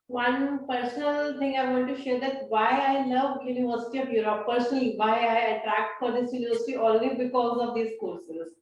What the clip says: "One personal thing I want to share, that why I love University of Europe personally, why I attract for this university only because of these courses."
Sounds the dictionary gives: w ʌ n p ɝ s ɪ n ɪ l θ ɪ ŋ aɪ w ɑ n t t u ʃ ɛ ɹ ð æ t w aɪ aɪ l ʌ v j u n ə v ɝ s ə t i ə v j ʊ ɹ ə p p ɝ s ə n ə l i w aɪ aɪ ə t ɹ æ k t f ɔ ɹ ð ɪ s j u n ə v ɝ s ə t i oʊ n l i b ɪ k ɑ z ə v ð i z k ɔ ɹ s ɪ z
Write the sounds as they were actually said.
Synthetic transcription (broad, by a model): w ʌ n p ɝ s ɪ n ɪ l t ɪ ŋ aɪ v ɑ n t t u ʃ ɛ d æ t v aɪ aɪ l ʌ v j u n ə v ɝ s ə t i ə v j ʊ ɹ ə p p ɝ s ə n ə l i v aɪ aɪ ə t ɹ æ k t f ɔ ɹ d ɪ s j u n ə v ɝ s ə t i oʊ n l i b ɪ k ɑ z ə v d i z k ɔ ɹ s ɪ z